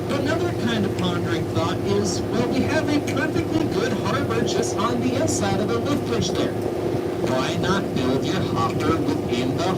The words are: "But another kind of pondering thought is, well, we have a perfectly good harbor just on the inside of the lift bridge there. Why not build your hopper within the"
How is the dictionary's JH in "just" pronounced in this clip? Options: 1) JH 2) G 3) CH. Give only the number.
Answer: 3